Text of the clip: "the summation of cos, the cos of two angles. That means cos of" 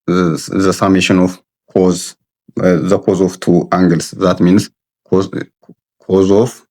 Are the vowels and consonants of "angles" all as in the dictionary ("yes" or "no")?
no